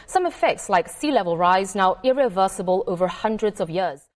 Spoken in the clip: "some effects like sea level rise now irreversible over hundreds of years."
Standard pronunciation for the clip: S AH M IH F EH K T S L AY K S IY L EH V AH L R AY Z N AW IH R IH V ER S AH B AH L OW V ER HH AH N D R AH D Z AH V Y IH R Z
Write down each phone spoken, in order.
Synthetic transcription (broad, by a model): S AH M IH F EH K T S L AY K S IY L EH V AH L R AY Z N AW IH R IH V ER S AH B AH L OW V ER HH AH N D R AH D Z AH V Y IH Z